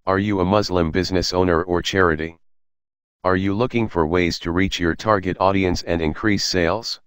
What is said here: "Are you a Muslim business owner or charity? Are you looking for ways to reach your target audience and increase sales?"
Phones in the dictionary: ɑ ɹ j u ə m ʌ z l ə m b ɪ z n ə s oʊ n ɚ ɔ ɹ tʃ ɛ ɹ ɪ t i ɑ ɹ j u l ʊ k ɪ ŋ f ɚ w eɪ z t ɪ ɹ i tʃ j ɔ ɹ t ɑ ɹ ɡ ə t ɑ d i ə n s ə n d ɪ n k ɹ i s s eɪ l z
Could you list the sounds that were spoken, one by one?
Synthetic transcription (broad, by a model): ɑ ɹ j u ə m ʌ z l ə m b ɪ z n ə s oʊ n ɚ ɔ ɹ tʃ ɛ ɹ ɪ t i ɑ ɹ j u l ʊ k ɪ ŋ f ɚ w eɪ z t ɪ ɹ i tʃ j ɔ ɹ t ɑ ɹ ɡ ə t ɑ d i ə n s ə n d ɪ n k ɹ i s s eɪ l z